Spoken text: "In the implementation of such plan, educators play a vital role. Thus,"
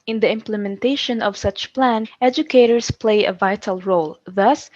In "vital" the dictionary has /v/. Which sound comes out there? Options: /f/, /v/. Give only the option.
/v/